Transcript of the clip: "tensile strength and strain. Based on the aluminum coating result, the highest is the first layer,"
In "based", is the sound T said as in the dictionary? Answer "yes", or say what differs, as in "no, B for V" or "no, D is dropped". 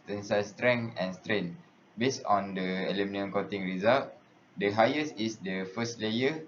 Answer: no, T is dropped